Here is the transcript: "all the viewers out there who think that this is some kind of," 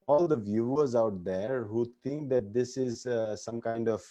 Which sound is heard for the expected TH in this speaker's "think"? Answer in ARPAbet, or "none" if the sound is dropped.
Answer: T